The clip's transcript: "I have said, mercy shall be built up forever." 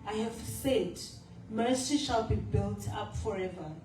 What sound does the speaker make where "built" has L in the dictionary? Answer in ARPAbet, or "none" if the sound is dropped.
L